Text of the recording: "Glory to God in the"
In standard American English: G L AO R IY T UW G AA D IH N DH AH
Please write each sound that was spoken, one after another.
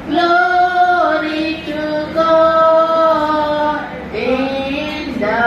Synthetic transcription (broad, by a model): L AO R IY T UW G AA IH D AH